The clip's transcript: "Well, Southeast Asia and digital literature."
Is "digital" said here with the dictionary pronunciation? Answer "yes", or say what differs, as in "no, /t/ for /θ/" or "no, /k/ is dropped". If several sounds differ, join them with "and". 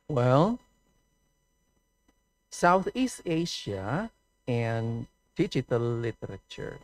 no, /tʃ/ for /dʒ/